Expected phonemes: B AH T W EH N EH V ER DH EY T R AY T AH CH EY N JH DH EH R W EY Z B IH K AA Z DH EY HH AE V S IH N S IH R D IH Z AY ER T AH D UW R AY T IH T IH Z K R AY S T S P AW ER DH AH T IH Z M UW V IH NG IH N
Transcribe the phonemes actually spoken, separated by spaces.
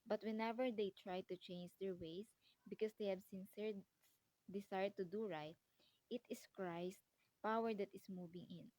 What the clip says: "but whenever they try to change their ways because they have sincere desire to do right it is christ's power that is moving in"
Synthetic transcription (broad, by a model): B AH T W EH N EH V ER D EY T R AY T AH CH EY N JH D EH R W EY S B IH K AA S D EY HH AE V S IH N S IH R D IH S AY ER T AH D UW R AY T IH T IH S K R AY S T P AW ER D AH T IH S M UW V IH NG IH N